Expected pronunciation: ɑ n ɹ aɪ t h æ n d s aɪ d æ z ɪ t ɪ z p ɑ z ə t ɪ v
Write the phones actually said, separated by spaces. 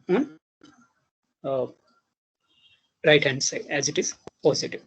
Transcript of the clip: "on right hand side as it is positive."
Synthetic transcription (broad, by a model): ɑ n ɹ aɪ t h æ n d s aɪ æ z ɪ t ɪ z p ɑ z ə t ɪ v